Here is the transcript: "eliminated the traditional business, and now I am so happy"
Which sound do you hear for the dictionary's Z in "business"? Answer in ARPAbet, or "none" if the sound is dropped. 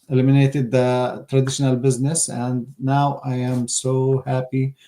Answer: Z